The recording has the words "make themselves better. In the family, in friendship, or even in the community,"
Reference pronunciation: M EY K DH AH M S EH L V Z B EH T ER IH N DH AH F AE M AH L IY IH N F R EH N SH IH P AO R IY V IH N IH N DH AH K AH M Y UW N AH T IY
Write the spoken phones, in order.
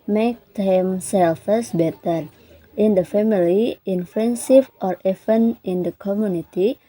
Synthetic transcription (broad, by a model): M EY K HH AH M S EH L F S B EH T ER IH N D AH F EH M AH L IY IH N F EH N S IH F AO R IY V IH N IH N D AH K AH M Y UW N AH T IY